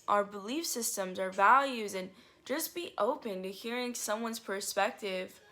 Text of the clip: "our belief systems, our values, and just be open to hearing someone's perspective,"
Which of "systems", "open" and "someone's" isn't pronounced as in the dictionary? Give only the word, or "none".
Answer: none